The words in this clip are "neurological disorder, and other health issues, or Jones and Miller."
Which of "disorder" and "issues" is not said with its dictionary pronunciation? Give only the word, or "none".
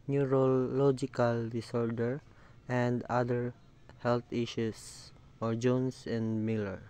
issues